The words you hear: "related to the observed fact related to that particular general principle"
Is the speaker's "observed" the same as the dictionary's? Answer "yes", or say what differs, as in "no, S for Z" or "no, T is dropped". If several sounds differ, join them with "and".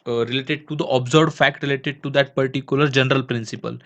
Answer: no, V is dropped